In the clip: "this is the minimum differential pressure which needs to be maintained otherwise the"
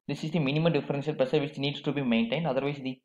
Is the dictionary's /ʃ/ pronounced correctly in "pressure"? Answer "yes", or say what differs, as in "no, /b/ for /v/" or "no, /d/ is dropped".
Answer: no, /s/ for /ʃ/